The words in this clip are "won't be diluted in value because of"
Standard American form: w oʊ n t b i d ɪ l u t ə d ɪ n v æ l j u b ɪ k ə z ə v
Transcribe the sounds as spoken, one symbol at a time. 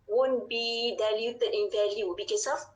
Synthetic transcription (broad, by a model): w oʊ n b i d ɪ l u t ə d ɪ n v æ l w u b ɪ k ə s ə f